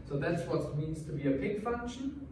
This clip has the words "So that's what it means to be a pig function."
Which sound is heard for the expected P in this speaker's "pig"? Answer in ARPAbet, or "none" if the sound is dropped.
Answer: B